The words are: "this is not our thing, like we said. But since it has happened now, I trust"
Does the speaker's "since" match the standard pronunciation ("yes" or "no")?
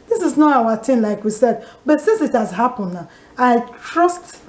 yes